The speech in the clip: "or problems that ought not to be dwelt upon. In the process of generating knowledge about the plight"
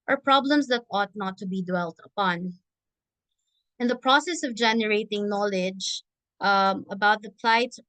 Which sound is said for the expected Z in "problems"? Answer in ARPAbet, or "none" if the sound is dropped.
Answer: S